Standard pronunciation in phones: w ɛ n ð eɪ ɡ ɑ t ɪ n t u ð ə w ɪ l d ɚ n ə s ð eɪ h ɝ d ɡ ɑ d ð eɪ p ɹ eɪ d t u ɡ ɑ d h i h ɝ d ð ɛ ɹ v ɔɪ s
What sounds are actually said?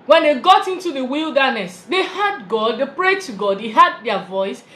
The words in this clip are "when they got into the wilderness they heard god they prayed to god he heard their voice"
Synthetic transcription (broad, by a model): w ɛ n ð eɪ ɡ ɑ t ɪ n t u ð ə w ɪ l d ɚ n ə s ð eɪ h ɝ d ɡ ɑ d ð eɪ p ɹ eɪ d t u ɡ ɑ d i h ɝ d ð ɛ v ɔɪ s